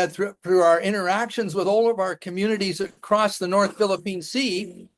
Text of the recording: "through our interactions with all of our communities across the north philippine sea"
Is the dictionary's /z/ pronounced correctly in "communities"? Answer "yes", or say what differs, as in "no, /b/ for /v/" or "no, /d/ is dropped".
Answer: yes